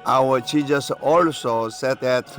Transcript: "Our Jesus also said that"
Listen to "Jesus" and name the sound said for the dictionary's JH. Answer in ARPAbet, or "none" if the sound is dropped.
CH